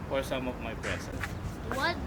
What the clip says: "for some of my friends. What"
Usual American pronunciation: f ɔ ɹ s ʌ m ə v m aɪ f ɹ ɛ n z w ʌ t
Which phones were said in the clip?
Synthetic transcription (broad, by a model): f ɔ ɹ s ʌ m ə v m aɪ p ɹ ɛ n s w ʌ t